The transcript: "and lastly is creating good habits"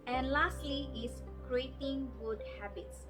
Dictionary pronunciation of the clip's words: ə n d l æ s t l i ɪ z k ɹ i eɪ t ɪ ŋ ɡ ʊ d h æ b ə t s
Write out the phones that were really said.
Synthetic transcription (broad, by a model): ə n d l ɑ s t l i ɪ s k ɹ i eɪ t ɪ ŋ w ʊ d h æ b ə t s